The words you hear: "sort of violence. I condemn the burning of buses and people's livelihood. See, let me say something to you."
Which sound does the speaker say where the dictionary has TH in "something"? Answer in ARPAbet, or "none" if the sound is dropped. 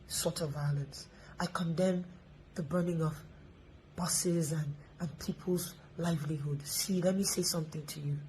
TH